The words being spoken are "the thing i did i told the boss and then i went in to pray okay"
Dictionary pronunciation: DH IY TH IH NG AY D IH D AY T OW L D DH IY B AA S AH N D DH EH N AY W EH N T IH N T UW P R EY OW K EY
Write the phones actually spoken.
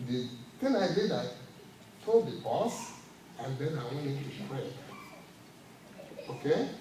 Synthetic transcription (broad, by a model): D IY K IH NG AY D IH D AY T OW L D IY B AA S AH N D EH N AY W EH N IH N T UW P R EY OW K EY